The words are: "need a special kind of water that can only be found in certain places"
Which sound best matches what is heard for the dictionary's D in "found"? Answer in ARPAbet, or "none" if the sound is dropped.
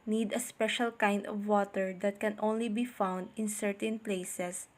D